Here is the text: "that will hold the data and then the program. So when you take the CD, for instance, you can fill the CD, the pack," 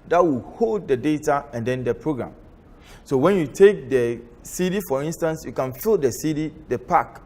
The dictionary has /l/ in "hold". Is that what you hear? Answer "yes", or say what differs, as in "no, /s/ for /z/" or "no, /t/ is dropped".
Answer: yes